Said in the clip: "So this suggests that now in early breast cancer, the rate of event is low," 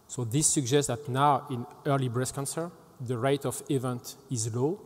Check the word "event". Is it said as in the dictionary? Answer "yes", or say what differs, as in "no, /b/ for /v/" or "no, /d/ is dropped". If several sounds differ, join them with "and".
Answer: yes